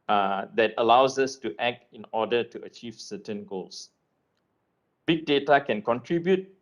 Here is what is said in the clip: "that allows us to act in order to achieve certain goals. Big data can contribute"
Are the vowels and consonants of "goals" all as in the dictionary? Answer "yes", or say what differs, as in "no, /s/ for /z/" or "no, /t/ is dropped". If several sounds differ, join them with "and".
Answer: no, /s/ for /z/